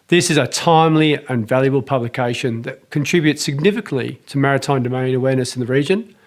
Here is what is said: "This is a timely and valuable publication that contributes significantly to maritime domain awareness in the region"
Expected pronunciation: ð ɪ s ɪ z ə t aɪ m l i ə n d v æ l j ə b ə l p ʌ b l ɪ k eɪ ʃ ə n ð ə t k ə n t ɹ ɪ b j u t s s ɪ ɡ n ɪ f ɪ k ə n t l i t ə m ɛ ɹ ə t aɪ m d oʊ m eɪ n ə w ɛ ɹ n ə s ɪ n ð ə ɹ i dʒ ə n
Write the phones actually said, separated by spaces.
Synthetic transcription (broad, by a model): ð ɪ s ɪ z ə t aɪ m l i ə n v æ l j ə b ə l p ʌ b l ɪ k eɪ ʃ ə n ð ə t k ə n t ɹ ɪ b j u t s s ɪ ɡ n ɪ f ɪ k ə n t l i t ə m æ ɹ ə t aɪ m d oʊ m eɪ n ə w ɛ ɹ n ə s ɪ n ð ə ɹ i dʒ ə n